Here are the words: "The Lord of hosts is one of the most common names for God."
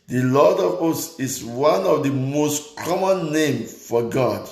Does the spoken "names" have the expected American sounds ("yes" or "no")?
no